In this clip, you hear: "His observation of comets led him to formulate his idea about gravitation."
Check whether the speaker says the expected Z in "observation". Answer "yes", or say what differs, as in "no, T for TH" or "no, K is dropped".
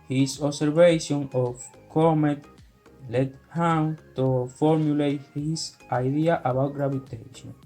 no, S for Z